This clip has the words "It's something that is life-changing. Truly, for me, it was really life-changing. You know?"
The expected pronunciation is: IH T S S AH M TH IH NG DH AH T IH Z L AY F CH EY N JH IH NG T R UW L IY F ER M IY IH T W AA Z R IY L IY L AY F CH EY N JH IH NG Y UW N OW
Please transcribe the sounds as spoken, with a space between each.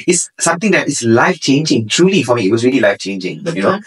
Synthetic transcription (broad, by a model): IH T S S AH M T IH NG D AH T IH S L AY F CH EY N JH IH NG T R UW L IY F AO M IY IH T W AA S R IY L IY L AY F CH EY N JH IH NG Y UW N OW